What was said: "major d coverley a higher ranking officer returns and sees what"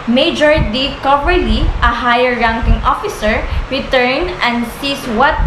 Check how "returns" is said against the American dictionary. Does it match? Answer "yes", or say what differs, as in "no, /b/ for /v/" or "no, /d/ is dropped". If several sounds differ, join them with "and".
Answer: no, /z/ is dropped